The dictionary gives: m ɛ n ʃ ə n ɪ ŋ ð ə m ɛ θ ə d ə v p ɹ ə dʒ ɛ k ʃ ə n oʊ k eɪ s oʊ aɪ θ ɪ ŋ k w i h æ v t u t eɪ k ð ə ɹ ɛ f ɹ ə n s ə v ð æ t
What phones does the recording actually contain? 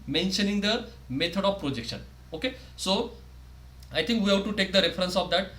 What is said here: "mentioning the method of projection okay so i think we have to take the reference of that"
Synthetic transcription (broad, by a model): m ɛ n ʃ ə n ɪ ŋ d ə m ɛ t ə d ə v p ɹ ə dʒ ɛ k ʃ ə n oʊ k eɪ s oʊ aɪ t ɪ ŋ k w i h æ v t u t eɪ k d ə ɹ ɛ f ɹ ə n s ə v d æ t